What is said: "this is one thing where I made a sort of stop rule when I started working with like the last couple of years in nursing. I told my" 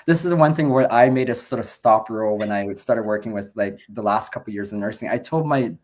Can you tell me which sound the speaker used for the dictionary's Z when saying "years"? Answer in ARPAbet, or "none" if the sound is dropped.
Z